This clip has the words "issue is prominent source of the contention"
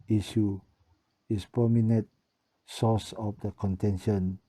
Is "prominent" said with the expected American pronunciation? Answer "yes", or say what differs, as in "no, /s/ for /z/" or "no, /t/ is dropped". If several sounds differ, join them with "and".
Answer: no, /ɹ/ is dropped